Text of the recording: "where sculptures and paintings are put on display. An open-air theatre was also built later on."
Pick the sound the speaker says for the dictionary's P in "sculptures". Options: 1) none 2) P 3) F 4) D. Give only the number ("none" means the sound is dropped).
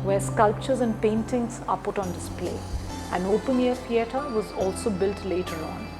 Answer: 2